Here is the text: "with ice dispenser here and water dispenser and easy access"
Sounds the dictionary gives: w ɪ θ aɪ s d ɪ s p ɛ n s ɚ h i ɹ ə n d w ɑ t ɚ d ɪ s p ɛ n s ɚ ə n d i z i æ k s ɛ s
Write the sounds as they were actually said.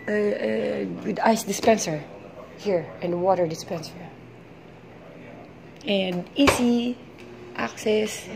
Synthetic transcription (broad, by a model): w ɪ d aɪ s d ɪ s p ɛ n s ɚ h i ɹ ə n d w ɑ t ɚ d ɪ s p ɛ n s ɚ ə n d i s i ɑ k s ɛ s